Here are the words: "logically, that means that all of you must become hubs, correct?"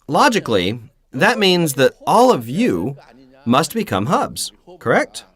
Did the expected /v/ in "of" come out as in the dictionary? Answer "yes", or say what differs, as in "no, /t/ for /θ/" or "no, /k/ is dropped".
yes